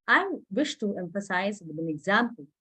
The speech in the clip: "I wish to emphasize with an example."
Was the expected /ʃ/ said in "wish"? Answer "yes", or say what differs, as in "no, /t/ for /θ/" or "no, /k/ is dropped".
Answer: yes